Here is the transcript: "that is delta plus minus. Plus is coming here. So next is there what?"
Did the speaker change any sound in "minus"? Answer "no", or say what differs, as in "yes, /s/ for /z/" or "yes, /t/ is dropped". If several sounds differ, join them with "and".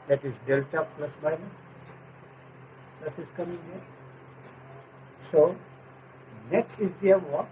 yes, /s/ is dropped